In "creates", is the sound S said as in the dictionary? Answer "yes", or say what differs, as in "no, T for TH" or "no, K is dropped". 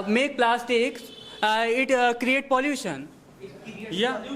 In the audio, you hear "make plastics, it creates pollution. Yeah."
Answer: no, S is dropped